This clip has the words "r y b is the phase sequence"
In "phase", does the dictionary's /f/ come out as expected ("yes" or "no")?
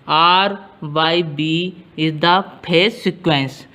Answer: no